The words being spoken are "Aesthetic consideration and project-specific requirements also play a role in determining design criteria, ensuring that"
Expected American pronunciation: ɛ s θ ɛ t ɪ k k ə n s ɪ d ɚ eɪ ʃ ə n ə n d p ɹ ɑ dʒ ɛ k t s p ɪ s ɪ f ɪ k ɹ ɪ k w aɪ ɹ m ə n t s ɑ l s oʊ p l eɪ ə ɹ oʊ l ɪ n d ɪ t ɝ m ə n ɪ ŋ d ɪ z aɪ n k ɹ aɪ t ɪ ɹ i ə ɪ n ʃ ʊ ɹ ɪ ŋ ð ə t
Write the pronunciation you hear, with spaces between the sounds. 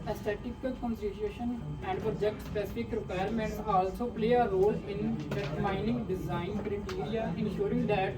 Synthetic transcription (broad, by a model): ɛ s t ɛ t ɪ k k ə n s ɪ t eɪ ʃ ə n ə n d p ɹ ɑ dʒ ɛ k t s p ɪ s ɪ f ɪ k ɹ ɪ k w aɪ ɹ m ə n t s ɑ l s oʊ p l eɪ ə ɹ oʊ l ɪ n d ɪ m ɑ ə n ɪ ŋ d ɪ z aɪ n k ɹ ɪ t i ɹ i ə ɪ n ʃ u ɹ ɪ ŋ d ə t